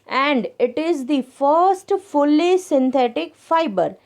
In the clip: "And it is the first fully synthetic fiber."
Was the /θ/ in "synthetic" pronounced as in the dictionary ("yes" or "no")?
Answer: no